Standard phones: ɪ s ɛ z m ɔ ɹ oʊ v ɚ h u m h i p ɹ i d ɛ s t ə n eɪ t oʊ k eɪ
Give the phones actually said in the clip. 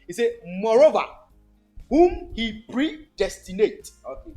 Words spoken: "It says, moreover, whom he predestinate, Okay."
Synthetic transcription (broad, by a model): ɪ s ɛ m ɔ ɹ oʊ v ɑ h u m h i p ɹ i d ɛ s t ə n eɪ t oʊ